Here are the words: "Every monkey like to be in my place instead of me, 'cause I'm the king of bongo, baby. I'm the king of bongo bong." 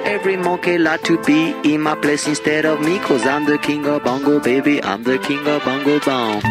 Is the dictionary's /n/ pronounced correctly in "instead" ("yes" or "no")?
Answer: yes